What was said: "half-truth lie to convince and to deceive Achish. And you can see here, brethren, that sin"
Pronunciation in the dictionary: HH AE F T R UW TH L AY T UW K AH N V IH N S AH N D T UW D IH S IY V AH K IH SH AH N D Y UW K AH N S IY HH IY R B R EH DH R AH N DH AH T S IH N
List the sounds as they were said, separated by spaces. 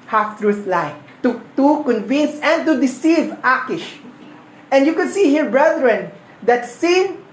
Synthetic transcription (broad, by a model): HH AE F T R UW S L AY T UW K AH N V IH N S AH N D T UW D IH S IY V AH K IH SH AH N D Y UW K AH N S IY HH IY R B R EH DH R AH N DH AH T S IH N